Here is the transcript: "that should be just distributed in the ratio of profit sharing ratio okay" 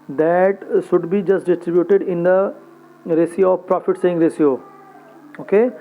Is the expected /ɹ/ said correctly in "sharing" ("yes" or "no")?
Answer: no